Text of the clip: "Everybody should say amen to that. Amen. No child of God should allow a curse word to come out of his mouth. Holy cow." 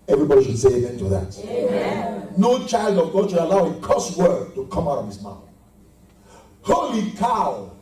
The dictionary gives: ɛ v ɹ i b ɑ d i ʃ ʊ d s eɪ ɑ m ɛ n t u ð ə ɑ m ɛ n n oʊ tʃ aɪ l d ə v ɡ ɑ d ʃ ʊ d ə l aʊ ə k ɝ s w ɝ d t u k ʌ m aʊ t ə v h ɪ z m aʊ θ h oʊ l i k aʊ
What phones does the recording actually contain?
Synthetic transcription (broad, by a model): ɛ v ɹ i b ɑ d i ʃ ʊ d s eɪ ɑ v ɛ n t u ð ə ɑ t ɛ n n oʊ tʃ aɪ l d ə v ɡ ɑ d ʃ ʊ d ə l aʊ ə k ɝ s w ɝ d t u k ʌ m aʊ t ə v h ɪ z m aʊ θ h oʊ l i k aʊ